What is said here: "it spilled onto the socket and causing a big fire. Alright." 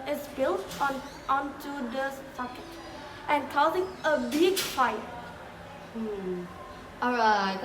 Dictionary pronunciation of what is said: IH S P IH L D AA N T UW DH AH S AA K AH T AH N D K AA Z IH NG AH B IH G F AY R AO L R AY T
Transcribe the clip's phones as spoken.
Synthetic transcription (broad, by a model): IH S B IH L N AA N T UW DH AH S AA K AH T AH N K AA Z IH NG AH B IH G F AY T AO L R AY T